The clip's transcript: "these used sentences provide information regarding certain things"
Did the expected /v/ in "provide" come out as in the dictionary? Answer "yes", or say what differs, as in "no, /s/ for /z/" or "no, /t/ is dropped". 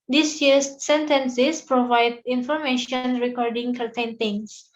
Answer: yes